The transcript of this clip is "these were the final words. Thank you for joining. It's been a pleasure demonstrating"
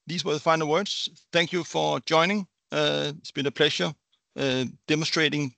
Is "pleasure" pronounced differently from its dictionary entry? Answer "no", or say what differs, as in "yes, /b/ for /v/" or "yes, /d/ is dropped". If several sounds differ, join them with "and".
yes, /ʃ/ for /ʒ/